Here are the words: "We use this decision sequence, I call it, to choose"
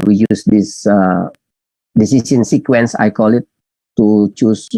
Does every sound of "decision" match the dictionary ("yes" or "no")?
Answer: no